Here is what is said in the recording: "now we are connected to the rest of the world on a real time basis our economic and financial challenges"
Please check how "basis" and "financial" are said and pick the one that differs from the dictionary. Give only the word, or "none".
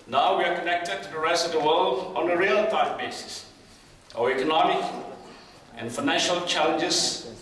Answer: none